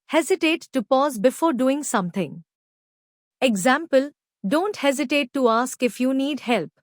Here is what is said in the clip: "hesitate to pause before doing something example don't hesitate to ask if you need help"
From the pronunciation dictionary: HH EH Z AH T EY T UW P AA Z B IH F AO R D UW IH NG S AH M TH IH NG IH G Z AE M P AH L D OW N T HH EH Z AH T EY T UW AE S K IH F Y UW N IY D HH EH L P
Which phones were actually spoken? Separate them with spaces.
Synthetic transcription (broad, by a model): HH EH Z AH T EY T UW P AA Z B IH F AO R D UW IH NG S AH M T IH NG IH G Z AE M P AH L D OW N T HH EH Z AH T EY T UW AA S K IH F Y UW N IY D HH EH L P